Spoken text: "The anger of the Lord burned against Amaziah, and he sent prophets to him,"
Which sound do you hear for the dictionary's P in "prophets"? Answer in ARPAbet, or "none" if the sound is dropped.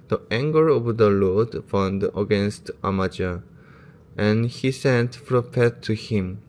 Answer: F